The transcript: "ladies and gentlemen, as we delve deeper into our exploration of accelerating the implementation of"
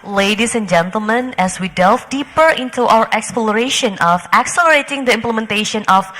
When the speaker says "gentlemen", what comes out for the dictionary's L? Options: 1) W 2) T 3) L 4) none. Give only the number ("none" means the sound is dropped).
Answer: 3